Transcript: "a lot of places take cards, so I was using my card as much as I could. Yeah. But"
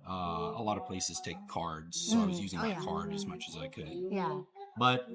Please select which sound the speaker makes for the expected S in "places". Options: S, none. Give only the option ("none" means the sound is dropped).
S